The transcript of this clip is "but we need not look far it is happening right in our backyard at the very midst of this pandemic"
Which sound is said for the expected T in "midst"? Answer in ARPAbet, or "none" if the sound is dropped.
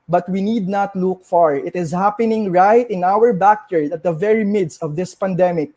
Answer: T